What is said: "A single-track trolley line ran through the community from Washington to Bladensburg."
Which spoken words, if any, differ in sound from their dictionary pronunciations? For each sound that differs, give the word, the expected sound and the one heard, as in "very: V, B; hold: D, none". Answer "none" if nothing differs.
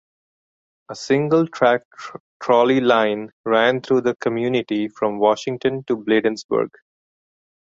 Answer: through: TH, T